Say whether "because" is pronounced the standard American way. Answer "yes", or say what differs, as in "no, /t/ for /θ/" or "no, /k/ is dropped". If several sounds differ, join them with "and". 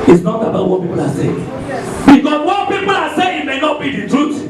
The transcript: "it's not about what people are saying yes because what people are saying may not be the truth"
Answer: no, /s/ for /z/